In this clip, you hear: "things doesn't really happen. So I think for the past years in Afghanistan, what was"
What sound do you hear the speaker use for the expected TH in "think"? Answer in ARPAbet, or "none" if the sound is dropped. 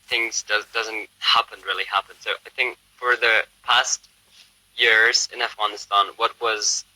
TH